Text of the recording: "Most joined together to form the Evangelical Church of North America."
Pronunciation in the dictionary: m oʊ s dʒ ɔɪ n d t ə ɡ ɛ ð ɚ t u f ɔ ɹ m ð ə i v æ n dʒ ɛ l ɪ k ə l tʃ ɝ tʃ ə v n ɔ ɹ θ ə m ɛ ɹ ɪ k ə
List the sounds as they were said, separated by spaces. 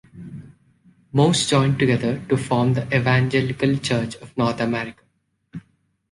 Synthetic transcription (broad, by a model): m oʊ s dʒ ɔɪ n d t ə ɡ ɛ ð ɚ t u f ɔ ɹ m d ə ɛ v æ n dʒ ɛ l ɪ k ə l tʃ ɝ tʃ ə v n ɔ ɹ t ə m ɛ ɹ ɪ k ə